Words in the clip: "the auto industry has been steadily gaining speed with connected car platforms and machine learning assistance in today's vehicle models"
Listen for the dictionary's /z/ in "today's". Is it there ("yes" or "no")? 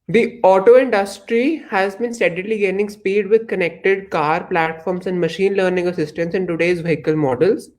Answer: yes